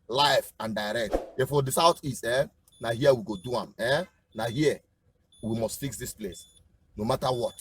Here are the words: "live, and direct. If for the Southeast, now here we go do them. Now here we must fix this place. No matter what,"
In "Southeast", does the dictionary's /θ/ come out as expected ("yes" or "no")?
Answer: no